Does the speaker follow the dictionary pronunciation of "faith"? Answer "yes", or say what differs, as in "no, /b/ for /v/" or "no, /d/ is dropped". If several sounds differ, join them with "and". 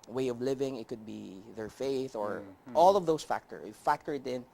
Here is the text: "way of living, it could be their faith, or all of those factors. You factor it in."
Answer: yes